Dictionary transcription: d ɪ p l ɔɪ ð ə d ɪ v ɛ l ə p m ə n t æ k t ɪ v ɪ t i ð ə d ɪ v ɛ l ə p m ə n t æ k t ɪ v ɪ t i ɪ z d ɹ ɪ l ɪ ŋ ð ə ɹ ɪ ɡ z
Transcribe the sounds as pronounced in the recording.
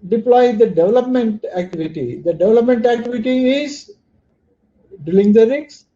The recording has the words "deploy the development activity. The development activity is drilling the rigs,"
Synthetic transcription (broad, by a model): d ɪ p l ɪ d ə d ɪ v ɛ l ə p m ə n t æ k t ɪ v ɪ t i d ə d ɪ v ɛ l ə p m ə n t æ k t ɪ v ɪ t i ɪ z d ɪ l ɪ ŋ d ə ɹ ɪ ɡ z